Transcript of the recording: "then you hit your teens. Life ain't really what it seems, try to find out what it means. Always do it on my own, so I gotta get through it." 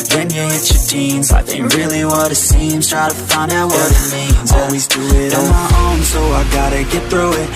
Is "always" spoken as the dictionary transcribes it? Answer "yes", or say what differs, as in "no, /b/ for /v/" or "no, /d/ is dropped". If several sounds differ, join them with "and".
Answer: yes